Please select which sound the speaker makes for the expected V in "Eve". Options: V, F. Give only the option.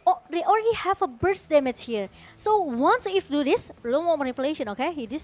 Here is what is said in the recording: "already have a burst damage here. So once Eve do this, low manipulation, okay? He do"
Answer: F